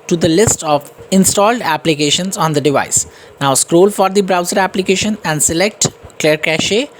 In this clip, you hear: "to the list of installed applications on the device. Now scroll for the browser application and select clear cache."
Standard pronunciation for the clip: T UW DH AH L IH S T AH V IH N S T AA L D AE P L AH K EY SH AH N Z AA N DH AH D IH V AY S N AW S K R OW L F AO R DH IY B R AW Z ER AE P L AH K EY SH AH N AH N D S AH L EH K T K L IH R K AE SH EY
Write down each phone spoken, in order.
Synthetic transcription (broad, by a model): T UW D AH L IH S T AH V IH N S T AA L D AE P L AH K EY SH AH N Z AA N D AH D IH V AY S N AW S K R OW L F AO R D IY B R AW Z ER AE P L AH K EY SH AH N AH N D S AH L EH K T K L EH R K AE SH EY